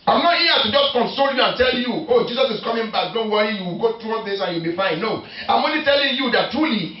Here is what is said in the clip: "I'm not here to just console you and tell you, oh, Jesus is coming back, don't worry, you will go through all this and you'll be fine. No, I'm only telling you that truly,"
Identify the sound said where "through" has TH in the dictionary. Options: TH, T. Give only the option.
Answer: T